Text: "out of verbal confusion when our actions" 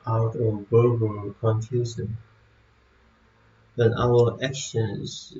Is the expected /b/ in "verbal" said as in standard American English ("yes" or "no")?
no